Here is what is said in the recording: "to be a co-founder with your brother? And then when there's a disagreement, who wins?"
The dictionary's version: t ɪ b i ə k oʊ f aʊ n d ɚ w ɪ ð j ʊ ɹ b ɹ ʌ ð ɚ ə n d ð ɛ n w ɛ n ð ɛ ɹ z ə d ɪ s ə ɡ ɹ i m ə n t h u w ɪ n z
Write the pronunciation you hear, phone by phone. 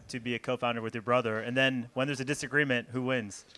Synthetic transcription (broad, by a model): t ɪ b i ə k oʊ f aʊ n d ɚ w ɪ ð j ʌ ɹ b ɹ ʌ ð ɚ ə n ð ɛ n w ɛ n ð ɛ ɹ z ə d ɪ s ə ɡ ɹ i m ə n t h u w ɪ n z